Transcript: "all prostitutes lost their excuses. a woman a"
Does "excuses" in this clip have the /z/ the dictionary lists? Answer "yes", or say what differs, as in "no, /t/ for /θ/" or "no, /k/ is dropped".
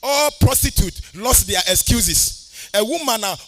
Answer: no, /s/ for /z/